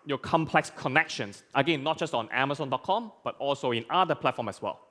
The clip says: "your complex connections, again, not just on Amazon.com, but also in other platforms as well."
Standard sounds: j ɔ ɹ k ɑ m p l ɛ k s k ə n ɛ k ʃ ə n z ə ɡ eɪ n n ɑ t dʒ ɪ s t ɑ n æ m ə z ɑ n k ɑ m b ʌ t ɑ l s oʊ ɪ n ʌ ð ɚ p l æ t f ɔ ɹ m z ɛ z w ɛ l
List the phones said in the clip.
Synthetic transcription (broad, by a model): j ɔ k ɑ m p l ɛ k s k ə n ɛ k ʃ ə n s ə ɡ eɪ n n ɑ t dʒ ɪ s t ɑ n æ m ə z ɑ n k ɑ m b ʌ t ɑ l s oʊ ɪ n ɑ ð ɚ p l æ t f ɔ m ɛ s w ɛ l